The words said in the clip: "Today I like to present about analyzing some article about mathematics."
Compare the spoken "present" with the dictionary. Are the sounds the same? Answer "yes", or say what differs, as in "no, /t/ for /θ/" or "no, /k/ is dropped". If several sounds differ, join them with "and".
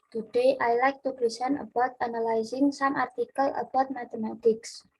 no, /s/ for /z/